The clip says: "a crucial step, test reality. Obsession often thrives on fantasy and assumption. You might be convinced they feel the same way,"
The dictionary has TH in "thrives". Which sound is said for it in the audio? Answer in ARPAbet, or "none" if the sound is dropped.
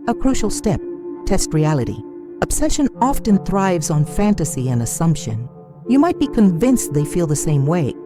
TH